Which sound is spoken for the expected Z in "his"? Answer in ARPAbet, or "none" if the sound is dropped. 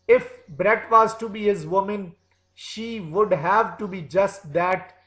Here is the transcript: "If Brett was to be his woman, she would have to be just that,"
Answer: Z